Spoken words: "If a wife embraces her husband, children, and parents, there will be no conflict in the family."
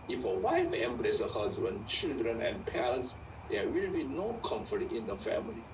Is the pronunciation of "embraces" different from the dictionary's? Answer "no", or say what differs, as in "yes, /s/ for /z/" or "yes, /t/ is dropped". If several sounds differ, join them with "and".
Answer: yes, /z/ is dropped